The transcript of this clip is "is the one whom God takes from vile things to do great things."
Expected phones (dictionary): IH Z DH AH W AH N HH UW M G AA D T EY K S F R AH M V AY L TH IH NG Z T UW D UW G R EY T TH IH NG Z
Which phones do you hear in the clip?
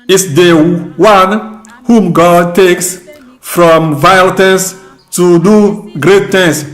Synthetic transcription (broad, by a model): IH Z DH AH W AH N HH UW M G AA D T EY K S F R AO M V AY L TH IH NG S T UW D UW G R EY T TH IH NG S